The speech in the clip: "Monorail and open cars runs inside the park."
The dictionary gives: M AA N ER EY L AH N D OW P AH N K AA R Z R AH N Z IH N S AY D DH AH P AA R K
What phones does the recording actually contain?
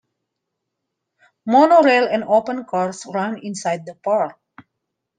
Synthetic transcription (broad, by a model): M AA N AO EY L AH N D OW P AH N K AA R S R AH N IH N S AY D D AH P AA R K